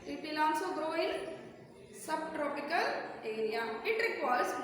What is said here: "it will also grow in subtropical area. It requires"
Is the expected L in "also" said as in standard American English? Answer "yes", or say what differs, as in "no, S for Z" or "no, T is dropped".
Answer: no, N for L